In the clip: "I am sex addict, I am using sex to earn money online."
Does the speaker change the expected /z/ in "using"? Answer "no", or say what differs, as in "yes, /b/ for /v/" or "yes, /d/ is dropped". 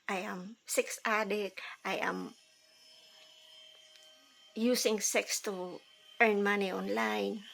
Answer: yes, /s/ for /z/